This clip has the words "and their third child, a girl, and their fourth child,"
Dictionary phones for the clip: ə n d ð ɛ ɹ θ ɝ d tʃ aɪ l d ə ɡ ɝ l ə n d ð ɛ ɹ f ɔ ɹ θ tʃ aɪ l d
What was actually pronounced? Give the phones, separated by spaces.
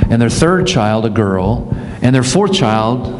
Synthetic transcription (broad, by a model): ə n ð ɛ ɹ θ ɝ d tʃ aɪ l d ə ɡ ɝ l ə n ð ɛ ɹ f ɔ ɹ θ tʃ aɪ l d